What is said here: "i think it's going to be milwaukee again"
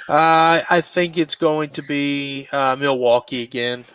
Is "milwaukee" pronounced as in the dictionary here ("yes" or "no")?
yes